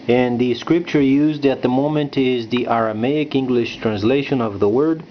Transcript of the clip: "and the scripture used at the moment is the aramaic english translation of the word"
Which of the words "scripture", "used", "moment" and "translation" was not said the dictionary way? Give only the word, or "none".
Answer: none